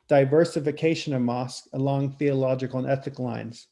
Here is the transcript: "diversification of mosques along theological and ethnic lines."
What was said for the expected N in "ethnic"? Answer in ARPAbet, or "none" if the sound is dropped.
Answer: none